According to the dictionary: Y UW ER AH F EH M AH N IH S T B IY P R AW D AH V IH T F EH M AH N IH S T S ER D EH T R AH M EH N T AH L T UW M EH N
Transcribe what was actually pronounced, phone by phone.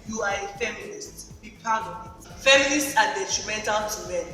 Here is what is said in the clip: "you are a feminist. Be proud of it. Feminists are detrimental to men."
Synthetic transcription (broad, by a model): Y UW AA AH F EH M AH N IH S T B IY P AW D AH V IH T F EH M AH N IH S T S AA D EH T R AH M EH N T AH L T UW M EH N